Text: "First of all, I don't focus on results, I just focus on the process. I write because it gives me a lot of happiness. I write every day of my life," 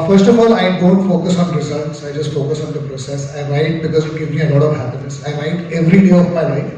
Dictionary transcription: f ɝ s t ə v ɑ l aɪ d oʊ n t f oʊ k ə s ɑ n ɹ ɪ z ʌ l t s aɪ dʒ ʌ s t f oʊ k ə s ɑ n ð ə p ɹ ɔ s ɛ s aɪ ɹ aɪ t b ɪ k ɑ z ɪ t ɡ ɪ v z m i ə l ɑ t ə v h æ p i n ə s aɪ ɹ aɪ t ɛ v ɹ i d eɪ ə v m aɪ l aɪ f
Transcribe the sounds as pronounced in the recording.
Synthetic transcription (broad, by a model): f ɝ s t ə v ɑ l aɪ d oʊ n t f oʊ k ə s ɑ n ɹ ɪ z ʌ l t s aɪ dʒ ʌ s t f oʊ k ə s ɑ n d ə p ɹ ɔ s ɛ s aɪ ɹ aɪ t b ɪ k ɑ z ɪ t ɡ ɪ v m i ə l ɑ t ə v h æ p i n ə s aɪ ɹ aɪ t ɛ v ɹ i d eɪ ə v m aɪ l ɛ